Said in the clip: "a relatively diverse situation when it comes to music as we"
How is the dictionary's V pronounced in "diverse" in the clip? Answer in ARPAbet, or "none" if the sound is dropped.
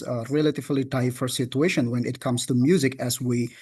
F